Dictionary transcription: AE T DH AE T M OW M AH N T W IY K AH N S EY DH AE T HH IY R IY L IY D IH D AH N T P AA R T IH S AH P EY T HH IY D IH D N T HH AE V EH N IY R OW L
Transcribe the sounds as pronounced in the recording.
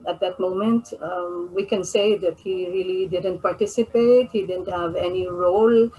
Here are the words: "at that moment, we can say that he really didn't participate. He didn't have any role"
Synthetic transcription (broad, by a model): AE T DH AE T M OW M AH N T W IY K AH N S EY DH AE T HH IY R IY L IY D IH D AH N T P AA R T IH S AH P EY T HH IY D IH D N T HH AE V EH N IY R OW L